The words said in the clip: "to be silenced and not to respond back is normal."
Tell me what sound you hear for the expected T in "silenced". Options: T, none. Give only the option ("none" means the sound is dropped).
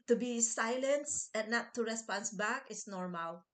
none